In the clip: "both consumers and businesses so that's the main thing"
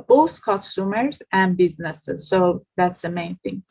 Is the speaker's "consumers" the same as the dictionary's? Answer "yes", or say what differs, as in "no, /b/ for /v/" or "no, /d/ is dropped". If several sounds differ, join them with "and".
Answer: no, /n/ is dropped